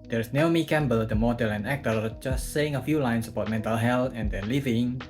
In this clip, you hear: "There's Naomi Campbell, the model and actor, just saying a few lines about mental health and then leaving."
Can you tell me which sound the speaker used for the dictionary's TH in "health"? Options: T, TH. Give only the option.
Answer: T